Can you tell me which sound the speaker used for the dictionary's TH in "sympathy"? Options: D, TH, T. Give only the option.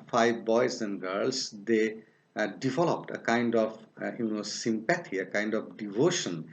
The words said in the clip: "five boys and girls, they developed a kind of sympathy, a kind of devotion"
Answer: T